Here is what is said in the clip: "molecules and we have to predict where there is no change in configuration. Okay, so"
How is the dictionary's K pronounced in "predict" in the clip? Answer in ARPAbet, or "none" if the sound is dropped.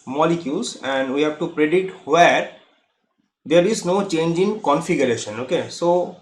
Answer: none